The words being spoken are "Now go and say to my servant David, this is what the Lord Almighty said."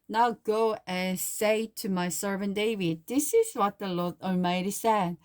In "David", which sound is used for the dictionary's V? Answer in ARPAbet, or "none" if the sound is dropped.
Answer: V